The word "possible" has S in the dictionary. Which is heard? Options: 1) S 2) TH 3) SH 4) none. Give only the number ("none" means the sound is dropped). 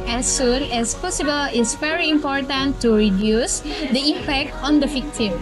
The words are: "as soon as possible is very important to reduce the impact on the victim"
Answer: 1